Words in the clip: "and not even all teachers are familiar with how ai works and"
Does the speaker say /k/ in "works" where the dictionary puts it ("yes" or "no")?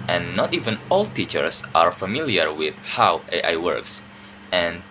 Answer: yes